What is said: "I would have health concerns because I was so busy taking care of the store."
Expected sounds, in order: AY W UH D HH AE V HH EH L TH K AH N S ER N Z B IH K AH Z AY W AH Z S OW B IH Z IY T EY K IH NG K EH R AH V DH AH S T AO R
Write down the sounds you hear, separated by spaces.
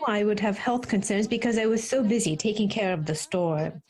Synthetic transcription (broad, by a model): AY W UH D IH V HH EH L TH K AH N S ER N Z B IH K AH Z AY W AH Z S OW B IH Z IY T EY K IH NG K EH R AH V DH AH S T AO R